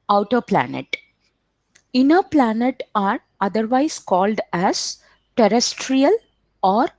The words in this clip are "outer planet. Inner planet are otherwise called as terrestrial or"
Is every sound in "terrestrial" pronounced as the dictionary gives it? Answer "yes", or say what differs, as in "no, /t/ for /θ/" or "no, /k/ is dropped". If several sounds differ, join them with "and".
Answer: yes